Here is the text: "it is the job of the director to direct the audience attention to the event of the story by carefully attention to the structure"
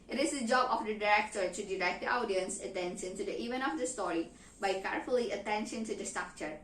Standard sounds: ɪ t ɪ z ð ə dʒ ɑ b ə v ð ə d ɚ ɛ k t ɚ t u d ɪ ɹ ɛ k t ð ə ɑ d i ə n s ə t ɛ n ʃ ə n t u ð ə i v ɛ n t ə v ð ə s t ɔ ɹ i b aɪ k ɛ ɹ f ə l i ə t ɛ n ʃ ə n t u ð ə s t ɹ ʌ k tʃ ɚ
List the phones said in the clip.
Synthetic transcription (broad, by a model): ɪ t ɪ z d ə dʒ ɑ b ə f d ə d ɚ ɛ k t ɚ t u d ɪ ɹ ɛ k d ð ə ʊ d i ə n s ə t ɛ n ʃ ə n t u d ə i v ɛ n ə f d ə s t ɔ ɹ i b aɪ k ɛ ɹ f ə l i ə t ɛ n ʃ ə n t u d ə s t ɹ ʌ k tʃ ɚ